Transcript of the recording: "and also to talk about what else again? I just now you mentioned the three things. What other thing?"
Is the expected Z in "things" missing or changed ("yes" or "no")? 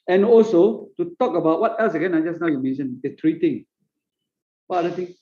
yes